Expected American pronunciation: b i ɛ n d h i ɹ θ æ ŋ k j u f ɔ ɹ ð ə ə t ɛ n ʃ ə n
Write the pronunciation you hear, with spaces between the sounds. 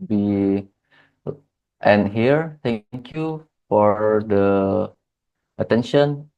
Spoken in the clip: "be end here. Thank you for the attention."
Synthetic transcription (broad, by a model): b i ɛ n h i ɹ t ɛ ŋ k j u f ɔ ɹ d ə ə t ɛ n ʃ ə n